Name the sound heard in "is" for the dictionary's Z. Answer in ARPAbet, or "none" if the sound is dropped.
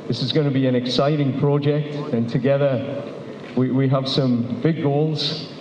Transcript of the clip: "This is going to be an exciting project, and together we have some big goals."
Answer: Z